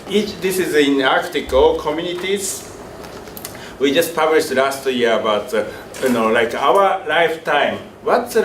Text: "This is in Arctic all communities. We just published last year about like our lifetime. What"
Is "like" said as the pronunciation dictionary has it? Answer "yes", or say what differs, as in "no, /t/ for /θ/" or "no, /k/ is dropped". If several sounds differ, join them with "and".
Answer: yes